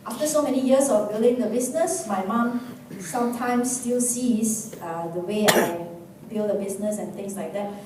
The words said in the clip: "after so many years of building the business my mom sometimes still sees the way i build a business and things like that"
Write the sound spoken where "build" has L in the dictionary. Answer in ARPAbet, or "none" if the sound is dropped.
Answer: L